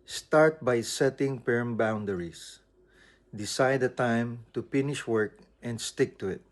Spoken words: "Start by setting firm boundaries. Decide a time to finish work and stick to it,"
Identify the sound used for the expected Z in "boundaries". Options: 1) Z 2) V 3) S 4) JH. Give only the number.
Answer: 3